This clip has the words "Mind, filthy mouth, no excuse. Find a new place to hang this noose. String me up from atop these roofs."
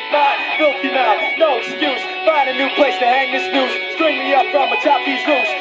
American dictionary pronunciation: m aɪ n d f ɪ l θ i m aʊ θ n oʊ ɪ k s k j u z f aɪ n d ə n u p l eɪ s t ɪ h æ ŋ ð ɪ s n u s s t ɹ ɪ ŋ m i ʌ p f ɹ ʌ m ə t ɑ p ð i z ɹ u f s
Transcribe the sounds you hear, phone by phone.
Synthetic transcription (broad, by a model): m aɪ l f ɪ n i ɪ t n oʊ ɪ k s k j u z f aɪ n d ə n u p l eɪ s t ɪ h æ ŋ ð ɪ s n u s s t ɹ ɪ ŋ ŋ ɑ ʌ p f ɹ ʌ m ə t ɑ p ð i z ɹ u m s